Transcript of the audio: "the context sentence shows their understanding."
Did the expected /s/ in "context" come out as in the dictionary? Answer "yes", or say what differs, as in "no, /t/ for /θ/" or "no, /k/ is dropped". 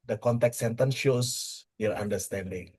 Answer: no, /s/ is dropped